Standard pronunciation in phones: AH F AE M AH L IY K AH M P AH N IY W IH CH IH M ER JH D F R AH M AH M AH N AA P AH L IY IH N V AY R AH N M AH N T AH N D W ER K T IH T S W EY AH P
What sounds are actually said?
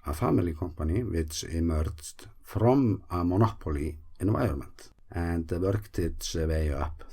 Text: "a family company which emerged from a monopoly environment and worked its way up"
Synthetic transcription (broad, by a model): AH F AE M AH L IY K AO M P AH N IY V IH S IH M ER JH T F R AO M AH M AH N AA P AH L IY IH N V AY AH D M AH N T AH N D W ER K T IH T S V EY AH P